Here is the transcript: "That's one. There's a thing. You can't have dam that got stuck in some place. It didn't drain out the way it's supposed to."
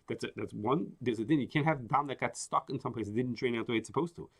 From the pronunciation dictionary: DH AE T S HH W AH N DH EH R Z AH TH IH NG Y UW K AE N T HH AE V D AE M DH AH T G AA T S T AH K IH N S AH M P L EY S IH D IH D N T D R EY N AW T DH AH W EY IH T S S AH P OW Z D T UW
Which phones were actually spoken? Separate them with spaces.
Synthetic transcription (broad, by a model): DH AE T S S W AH N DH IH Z AH T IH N Y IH K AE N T HH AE V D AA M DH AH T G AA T S T AH K IH N S AH M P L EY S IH D IH D N T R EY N AW T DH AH W EY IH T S S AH P OW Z T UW